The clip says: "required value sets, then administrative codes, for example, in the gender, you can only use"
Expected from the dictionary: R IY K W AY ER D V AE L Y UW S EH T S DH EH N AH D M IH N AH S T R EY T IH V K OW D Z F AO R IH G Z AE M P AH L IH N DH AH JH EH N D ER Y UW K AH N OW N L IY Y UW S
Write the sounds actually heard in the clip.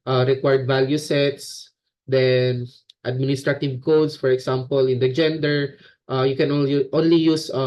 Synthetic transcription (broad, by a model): R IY K W AY D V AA L Y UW S EH T S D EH N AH D M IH N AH S T R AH T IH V K OW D S F AO R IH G S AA M P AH L IH N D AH JH EH N D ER Y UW K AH N OW N L IY Y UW S